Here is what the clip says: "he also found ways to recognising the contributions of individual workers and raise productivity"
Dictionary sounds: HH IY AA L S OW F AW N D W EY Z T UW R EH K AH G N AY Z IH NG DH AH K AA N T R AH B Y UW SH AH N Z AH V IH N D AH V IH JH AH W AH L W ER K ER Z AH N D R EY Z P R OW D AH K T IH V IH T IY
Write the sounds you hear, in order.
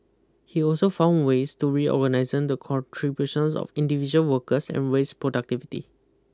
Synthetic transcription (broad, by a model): HH IY AA L S OW F AW N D W EY S T UW R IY AH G N AY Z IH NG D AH K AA N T R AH B Y UW SH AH N S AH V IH N D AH V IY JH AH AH L W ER K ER S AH N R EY S P R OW D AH K T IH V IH T IY